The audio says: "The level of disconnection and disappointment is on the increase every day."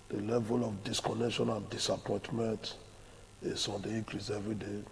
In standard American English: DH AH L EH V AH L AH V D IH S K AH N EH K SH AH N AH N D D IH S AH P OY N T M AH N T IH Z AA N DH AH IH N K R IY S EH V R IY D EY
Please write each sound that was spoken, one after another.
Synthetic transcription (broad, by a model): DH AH L EH V AH L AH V D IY S K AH N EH K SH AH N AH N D D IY S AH P OY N T M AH N T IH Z AA N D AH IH K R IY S EH V R IY D EY